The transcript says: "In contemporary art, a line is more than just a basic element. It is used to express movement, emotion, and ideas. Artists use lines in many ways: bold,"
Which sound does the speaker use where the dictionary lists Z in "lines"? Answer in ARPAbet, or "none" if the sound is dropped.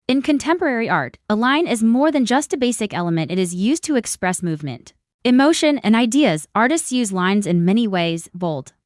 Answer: Z